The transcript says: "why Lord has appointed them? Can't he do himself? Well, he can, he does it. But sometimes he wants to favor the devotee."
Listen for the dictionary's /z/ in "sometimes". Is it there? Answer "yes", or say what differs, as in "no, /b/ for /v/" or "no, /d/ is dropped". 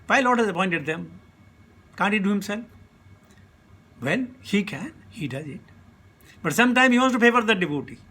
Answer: no, /z/ is dropped